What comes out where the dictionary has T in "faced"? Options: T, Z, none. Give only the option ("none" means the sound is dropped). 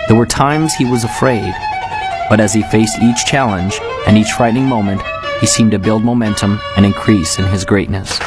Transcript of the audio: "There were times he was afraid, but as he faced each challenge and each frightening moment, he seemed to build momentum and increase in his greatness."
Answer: T